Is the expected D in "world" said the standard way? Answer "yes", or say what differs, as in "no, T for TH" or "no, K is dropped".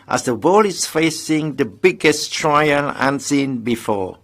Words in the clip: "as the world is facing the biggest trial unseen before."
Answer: no, D is dropped